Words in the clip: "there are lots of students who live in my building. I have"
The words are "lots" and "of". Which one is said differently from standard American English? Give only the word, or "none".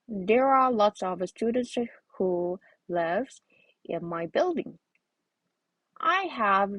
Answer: none